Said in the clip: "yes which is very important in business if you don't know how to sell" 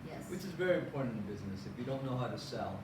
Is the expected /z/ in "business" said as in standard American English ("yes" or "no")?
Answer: yes